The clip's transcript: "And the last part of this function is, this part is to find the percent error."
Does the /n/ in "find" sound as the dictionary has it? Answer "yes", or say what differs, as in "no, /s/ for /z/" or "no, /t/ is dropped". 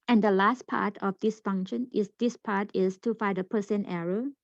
no, /n/ is dropped